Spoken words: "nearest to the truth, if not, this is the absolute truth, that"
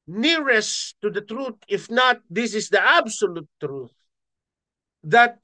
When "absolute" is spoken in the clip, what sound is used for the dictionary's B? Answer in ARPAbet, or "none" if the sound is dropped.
B